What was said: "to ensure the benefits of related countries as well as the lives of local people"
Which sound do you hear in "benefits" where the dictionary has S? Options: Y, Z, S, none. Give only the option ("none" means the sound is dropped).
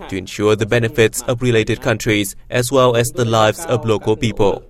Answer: S